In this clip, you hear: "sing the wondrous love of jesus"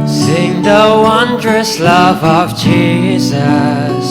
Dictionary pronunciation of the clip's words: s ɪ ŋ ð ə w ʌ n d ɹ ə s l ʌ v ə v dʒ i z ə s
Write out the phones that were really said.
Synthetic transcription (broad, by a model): s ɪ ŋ ð ə w ʌ n d ɹ ə s l ʌ v ə v dʒ i z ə s